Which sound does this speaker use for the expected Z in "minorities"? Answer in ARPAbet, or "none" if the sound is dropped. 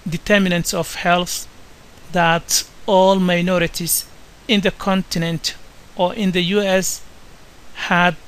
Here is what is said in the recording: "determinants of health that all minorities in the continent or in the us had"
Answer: S